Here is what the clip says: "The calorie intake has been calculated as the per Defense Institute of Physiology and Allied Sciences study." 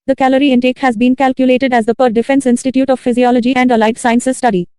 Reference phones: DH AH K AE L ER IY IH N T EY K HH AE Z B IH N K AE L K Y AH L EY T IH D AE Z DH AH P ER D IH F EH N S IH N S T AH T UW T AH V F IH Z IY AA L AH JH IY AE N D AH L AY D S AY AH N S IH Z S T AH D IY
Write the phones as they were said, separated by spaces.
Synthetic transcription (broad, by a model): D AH K AE L ER IY IH N T EY K HH AE Z B IH N K AE L K Y AH L EY T IH D AE Z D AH P ER D IH F EH N S IH N S T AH T UW T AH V F IH Z IY AA L AH JH IY AE N D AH L AY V S AY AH N S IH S T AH D IY